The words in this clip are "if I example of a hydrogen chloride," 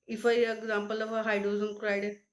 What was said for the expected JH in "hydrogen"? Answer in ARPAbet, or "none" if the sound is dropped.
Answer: Z